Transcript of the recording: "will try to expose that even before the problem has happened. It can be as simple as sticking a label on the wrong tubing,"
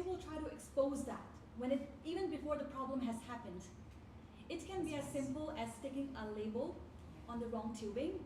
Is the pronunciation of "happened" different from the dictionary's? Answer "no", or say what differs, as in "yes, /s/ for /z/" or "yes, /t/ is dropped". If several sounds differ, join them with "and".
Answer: no